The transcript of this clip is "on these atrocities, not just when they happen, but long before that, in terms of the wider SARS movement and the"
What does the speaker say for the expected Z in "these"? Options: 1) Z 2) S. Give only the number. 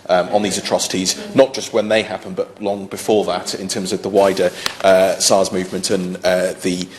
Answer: 1